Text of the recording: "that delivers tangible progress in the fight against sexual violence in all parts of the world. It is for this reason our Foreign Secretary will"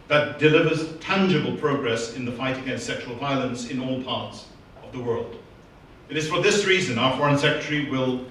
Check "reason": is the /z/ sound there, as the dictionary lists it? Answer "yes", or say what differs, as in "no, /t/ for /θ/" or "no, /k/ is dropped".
yes